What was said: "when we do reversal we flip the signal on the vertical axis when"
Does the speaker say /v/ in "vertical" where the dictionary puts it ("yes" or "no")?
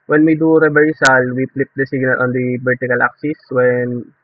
no